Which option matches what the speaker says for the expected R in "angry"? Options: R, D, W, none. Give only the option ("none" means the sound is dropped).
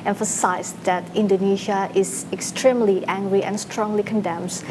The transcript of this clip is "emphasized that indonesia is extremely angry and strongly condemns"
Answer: R